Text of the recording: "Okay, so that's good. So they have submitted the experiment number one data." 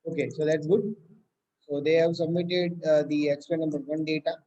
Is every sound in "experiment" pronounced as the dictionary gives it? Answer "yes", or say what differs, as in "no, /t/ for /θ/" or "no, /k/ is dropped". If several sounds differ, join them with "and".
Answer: no, /m/ is dropped